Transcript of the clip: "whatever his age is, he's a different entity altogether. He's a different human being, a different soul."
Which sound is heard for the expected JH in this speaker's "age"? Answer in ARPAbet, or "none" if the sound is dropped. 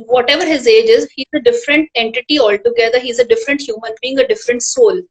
JH